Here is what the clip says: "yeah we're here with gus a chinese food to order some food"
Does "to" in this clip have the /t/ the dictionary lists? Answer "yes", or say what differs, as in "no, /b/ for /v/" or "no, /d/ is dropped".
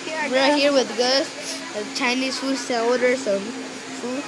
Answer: no, /s/ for /t/